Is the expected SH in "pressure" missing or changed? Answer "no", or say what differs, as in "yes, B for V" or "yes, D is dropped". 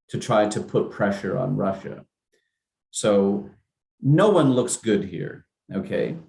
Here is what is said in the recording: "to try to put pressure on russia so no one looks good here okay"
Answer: no